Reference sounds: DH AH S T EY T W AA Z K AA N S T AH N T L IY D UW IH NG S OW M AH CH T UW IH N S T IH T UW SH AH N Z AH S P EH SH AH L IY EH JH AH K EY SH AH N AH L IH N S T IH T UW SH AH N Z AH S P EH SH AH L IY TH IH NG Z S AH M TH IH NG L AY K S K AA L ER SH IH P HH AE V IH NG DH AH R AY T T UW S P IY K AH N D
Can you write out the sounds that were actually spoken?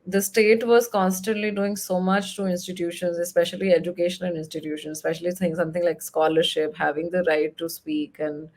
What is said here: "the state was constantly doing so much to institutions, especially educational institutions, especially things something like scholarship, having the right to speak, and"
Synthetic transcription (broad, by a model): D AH S T EY T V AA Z K AA N S T AH N T L IY D UW IH NG S OW M AH CH T UW IH N S T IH T UW SH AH N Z AH S P EH SH AH L IY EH JH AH K EY SH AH N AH N IH N S T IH T UW SH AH N S P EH SH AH L IY S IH NG S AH M T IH NG L AY K S K AA L ER SH IH P HH AE V IH NG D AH R AY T T UW S P IY K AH N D